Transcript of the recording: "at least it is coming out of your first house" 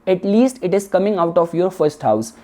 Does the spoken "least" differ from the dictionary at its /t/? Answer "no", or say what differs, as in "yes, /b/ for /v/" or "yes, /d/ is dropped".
no